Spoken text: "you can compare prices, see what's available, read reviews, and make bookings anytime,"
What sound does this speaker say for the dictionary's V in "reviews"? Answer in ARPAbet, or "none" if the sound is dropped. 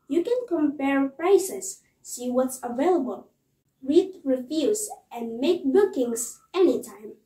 F